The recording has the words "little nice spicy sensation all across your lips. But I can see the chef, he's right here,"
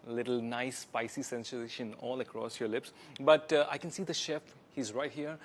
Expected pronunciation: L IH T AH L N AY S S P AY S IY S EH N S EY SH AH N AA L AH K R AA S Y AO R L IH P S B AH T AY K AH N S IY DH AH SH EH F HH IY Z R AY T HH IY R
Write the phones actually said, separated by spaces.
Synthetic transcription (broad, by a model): L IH T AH L N AY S S P AY S IY S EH N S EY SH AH N AA L AH K R AA S Y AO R L IH P S B AH T AY K AH N S IY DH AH SH EH F HH IY Z R AY T HH IY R